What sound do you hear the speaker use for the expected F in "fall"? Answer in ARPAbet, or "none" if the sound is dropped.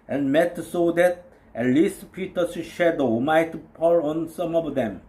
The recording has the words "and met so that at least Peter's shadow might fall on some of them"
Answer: P